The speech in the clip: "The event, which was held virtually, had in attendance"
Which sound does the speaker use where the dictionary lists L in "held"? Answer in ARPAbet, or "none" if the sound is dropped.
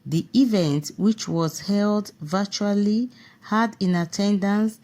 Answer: L